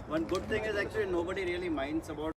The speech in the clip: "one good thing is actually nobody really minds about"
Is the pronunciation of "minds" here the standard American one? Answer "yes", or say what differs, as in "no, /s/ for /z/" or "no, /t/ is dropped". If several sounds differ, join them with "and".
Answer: no, /s/ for /z/